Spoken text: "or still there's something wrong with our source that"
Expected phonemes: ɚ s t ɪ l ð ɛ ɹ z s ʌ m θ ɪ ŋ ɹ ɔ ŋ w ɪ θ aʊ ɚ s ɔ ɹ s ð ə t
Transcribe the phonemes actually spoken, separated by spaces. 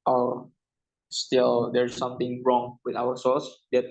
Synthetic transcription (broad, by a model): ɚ s t ɪ l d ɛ ɹ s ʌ m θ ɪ ŋ ɹ ɔ ŋ w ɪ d aʊ ɚ s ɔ l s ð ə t